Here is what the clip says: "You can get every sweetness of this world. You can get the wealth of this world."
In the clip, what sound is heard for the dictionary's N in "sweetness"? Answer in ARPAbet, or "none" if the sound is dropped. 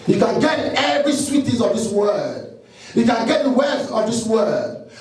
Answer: none